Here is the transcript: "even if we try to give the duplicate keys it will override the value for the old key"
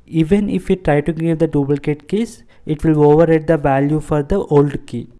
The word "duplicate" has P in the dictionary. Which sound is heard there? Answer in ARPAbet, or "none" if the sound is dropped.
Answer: B